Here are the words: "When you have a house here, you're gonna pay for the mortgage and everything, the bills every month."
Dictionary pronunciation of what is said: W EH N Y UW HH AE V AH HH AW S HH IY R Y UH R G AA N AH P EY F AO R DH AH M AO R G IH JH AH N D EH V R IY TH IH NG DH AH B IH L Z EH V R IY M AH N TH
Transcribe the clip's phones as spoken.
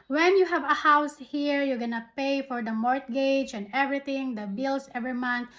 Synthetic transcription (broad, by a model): W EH N Y UW HH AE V AH HH AW S HH IY R Y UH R G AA N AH P EY F AO R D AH M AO R G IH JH AH N D EH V R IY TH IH NG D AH B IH L S EH V R IY M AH N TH